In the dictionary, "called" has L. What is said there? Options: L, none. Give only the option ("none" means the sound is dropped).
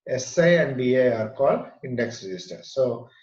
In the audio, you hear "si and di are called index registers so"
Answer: none